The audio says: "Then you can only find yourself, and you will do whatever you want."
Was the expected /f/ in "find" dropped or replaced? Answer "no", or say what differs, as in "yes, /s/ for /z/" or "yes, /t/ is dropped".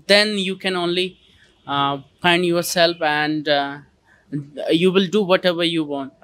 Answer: yes, /p/ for /f/